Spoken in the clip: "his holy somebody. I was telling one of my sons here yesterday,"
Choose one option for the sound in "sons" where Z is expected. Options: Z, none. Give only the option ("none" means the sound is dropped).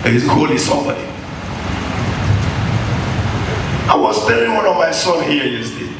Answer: none